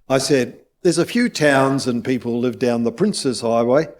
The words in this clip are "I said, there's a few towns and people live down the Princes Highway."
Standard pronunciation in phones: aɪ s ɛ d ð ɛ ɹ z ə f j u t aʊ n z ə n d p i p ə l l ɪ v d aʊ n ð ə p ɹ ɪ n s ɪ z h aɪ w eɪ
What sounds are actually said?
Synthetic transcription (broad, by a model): aɪ s ɛ d ð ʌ ɹ z ə f j u t aʊ n z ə n p i p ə l l ɪ v d aʊ n ð ə p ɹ ɪ n s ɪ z h aɪ w eɪ